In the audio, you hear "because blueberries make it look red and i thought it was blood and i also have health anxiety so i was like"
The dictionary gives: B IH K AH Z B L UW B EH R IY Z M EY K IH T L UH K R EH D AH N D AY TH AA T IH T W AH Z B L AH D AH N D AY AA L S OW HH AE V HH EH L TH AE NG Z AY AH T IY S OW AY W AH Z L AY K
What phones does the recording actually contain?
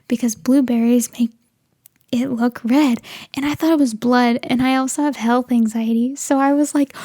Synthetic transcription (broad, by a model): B IH K AH Z B L UW B EH R IY Z M EY K IH T L UH K R EH D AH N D AY TH AA T IH T W AH Z B L AH D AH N AY AA L S OW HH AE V HH EH L TH AE NG Z AY AH T IY S OW AY W AH Z L AY K